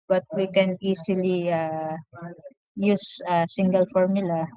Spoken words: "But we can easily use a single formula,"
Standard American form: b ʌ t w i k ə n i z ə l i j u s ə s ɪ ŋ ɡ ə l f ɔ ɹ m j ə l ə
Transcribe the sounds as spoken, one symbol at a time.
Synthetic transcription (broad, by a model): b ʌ t w i k ə n i s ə l i j u s ə s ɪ ŋ ɡ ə l f ɔ ɹ m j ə l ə